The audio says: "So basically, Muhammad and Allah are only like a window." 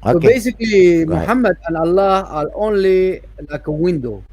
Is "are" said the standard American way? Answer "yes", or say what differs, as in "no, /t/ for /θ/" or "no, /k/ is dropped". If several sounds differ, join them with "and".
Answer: no, /l/ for /ɹ/